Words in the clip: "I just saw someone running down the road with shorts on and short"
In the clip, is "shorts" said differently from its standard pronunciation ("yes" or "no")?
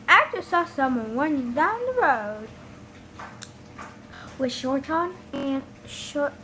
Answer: yes